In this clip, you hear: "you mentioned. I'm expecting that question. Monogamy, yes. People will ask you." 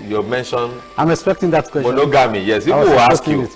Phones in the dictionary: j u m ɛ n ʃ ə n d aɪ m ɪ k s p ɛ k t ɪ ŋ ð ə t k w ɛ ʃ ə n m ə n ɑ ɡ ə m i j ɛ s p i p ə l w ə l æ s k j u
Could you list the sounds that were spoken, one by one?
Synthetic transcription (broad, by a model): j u m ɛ n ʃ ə n aɪ m ɪ k s p ɛ k t ɪ ŋ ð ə t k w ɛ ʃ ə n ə ɡ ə m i j ɛ s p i ə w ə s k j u